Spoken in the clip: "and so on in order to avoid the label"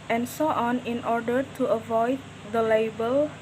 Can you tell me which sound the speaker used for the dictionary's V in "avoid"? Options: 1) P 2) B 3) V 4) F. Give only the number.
3